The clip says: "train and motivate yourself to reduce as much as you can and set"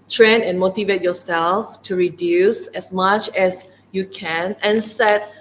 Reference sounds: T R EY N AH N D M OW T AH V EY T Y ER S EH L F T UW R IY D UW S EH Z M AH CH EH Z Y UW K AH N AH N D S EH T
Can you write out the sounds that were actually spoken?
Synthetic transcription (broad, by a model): T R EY N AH N M OW T AH V EY T Y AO S EH L F T UW R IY D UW S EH S M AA CH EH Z Y UW K AH N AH N S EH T